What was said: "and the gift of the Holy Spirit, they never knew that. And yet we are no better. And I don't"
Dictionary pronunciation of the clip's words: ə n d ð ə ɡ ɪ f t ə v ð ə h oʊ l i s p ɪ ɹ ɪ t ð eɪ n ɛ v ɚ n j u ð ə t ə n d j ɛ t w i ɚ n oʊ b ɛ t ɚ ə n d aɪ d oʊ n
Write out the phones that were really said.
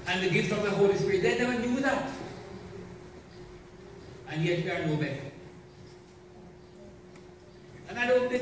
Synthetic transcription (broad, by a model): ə n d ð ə ɡ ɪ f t ə v ð ə h oʊ l i s p ɪ ɹ ɪ t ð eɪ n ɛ ɚ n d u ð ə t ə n j ɛ t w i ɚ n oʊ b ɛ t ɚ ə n aɪ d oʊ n